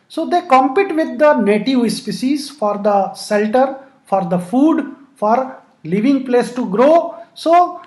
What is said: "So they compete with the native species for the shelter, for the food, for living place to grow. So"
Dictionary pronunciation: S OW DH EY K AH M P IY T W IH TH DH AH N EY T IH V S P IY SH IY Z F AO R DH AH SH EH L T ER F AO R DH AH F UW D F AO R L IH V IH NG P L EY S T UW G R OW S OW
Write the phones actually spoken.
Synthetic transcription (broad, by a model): S OW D EY K AH M P IY T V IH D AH N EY T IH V S P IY S IY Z F AO R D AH S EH L T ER F AO R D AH F UW D F AO R L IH V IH NG P L EY S T UW G R OW S OW